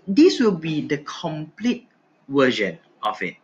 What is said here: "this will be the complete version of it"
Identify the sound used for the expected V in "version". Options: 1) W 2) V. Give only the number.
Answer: 1